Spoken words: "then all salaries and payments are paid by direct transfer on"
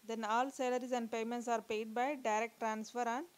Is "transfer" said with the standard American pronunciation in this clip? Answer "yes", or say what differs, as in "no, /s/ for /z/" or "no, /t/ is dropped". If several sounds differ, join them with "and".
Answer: yes